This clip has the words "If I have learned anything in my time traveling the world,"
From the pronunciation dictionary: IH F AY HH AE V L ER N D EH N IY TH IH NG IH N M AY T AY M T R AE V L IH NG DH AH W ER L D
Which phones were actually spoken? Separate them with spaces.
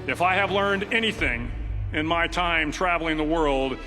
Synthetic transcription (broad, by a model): IH F AY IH V L ER N D EH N IY TH IH NG IH N M AY T AY M T R AE V L IH NG DH AH W ER L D